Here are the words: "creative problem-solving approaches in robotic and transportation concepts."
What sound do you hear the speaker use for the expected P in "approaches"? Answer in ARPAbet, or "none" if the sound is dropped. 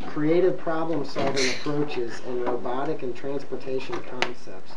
P